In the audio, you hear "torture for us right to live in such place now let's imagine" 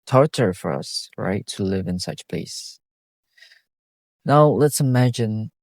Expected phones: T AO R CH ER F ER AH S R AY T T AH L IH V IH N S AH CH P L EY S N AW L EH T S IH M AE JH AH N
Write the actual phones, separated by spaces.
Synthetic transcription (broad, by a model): T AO R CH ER F ER AH S R AY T T AH L IH V IH N S AH CH P L EY S N AW L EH T S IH M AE JH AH N